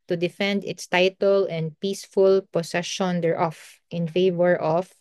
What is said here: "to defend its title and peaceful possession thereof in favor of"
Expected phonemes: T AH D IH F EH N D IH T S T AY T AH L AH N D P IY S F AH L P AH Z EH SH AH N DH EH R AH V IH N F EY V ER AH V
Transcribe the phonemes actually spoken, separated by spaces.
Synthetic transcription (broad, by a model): T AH D IH F EH N D IH T S T AY T AH L AH N D P IY S F AH L P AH S EH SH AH N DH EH R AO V IH N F EY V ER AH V